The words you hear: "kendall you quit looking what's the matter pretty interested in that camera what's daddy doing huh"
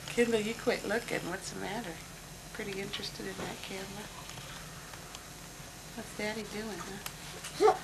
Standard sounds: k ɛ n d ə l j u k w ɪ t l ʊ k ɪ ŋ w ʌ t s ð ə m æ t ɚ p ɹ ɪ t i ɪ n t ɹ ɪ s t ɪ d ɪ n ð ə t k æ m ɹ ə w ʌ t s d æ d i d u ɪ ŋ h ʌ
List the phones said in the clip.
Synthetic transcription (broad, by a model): k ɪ n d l j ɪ k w ɪ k l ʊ k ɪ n w ʌ t s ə m æ t ɚ p ɹ ɪ t i ɪ n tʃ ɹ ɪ s t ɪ d ɪ n ð ə t k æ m l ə w ʌ t s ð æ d i d u ɪ ŋ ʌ